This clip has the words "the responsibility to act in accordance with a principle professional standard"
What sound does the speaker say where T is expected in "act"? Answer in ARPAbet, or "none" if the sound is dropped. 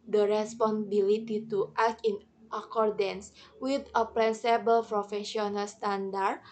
none